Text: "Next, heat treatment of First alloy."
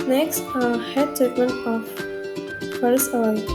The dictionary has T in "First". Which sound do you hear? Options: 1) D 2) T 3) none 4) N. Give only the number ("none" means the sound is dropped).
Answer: 3